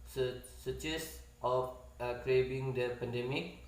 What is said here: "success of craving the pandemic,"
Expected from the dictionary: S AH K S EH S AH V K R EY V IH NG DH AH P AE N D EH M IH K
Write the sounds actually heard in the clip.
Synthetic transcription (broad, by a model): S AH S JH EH S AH F K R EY B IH NG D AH P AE N D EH M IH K